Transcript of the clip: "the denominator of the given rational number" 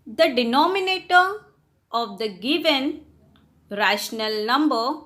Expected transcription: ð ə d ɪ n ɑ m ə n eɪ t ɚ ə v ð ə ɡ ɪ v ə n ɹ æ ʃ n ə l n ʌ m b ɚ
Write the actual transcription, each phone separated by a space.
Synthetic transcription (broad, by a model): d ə d ɪ n ɑ m ə n eɪ t ɚ ə v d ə ɡ ɪ v ə n ɹ æ ʃ n ə l n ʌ m b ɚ